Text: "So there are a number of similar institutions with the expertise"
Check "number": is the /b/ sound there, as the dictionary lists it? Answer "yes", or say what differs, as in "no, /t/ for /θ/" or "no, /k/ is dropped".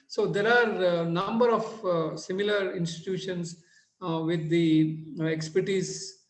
yes